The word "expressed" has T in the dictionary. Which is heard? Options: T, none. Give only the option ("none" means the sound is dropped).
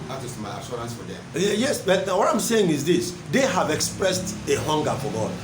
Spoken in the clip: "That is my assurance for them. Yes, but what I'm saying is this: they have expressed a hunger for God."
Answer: T